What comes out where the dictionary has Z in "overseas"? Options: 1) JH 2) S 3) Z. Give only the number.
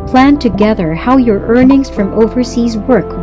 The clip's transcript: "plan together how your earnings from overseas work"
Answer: 3